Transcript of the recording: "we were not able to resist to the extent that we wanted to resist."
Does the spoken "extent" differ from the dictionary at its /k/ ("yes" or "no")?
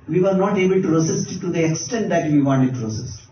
no